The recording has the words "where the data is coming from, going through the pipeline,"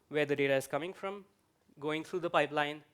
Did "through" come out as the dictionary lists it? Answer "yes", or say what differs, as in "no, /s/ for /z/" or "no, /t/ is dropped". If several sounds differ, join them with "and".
no, /t/ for /θ/